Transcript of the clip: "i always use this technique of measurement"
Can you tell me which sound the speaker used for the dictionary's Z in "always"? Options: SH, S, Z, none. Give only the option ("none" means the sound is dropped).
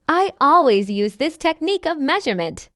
Z